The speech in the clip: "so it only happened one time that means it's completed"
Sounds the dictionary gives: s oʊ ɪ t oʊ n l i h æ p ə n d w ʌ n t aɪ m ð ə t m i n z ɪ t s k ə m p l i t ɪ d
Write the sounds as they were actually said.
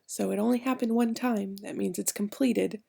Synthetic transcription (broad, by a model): s oʊ ɪ t oʊ n l i h æ p ə n d w ʌ n t aɪ m ð ə t m i n z ɪ t s k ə m p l i t ɪ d